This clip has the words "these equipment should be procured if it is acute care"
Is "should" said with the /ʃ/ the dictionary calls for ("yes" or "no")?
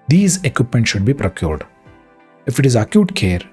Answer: yes